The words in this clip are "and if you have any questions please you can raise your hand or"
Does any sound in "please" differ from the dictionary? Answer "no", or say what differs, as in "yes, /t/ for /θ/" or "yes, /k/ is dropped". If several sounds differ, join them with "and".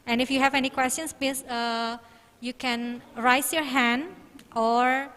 yes, /z/ is dropped